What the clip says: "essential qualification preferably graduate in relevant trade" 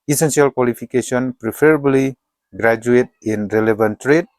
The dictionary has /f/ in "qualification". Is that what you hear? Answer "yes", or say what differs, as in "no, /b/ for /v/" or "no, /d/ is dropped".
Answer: no, /p/ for /f/